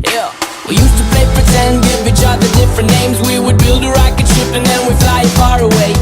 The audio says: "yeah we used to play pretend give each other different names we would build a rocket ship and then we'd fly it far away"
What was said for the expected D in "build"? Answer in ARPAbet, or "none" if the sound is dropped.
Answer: D